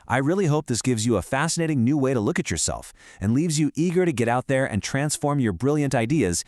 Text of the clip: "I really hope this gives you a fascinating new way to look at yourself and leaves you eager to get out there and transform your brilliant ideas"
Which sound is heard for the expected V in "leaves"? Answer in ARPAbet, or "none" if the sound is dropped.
V